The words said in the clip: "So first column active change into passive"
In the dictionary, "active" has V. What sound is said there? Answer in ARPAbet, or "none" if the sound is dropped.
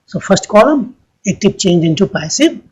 P